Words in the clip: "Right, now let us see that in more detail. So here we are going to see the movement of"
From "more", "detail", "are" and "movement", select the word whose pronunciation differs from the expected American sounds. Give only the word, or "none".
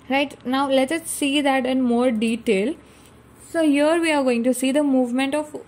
none